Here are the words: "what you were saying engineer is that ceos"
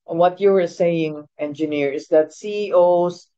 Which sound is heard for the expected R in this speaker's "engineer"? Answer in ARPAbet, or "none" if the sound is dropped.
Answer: R